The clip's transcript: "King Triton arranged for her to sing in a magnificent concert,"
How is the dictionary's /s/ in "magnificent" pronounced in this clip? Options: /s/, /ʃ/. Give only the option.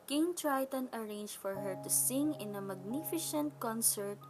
/ʃ/